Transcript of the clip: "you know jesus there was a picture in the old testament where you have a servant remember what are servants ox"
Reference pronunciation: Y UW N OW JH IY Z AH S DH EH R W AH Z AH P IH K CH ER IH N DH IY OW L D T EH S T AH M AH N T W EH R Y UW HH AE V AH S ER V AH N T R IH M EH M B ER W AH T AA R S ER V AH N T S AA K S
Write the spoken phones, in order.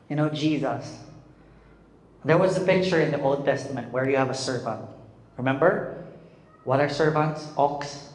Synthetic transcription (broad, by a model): Y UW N OW JH IY Z AH S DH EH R W AH Z AH P IH K CH ER IH N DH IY OW L D T EH S T AH M AH N T W EH R Y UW HH AE V AH S ER V AH N T R IH M EH M B ER W AH T AA R S ER V AH N T S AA K S